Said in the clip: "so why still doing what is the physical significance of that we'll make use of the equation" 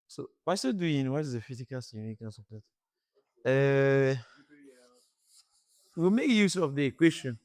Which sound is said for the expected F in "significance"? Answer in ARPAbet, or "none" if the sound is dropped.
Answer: none